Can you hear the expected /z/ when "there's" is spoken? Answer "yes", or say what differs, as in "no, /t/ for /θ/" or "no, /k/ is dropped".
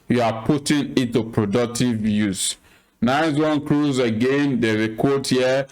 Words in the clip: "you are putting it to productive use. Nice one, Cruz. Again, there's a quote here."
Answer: no, /z/ is dropped